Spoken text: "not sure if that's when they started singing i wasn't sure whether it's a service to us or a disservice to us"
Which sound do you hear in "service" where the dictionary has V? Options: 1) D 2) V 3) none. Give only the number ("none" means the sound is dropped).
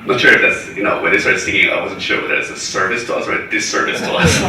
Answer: 2